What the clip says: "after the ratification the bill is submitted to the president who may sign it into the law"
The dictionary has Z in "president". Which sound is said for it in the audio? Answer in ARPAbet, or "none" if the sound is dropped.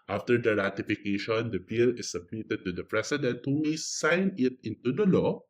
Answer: S